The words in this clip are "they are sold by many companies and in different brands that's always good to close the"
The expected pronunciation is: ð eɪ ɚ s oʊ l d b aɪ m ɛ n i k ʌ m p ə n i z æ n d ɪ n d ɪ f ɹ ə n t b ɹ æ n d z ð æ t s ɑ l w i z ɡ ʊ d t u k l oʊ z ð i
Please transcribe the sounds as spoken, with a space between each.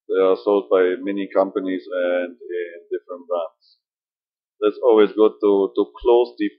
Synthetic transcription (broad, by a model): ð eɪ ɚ s oʊ l d b aɪ m ɛ n i k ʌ m p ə n i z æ n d ɪ n d ɪ f ɹ ə n t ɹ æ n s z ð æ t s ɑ l w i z ɡ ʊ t t u k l oʊ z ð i